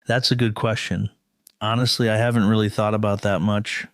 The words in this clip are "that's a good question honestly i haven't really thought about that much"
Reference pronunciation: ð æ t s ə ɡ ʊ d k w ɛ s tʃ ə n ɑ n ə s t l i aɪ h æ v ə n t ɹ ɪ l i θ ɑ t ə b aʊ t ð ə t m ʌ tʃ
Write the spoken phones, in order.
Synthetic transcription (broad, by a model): ð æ t s ə ɡ ʊ d k w ɛ s tʃ ə n ɑ n ə s t l i aɪ h æ v ə n t ɹ ɪ l i θ ɑ t ə b aʊ t ð ə t m ʌ tʃ